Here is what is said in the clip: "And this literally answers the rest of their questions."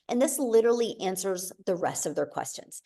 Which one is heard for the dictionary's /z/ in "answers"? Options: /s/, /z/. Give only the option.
/z/